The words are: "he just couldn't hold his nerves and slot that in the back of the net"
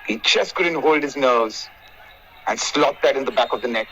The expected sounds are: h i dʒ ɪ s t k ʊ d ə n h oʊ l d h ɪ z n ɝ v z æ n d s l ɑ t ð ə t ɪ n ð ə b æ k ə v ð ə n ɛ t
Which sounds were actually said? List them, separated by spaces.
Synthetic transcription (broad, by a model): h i tʃ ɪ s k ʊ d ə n h oʊ l d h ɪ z n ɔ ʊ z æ n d s l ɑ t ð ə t ɪ n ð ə b æ k ə v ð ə n ɛ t